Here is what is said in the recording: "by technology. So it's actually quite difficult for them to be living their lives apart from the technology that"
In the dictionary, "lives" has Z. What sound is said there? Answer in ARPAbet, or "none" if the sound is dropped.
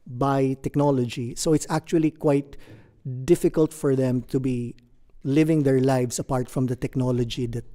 S